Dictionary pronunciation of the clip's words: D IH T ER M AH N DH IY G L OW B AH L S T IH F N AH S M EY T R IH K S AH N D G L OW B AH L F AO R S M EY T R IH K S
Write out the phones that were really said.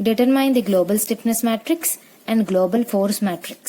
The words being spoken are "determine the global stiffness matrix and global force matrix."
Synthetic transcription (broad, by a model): D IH T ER M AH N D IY G L OW B AH L S T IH P N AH S M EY T R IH K S AH N D G L OW B AH L F AO R S M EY T R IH K S